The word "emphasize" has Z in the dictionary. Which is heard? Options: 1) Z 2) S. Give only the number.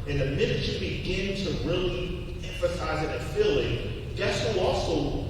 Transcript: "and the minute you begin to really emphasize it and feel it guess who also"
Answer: 1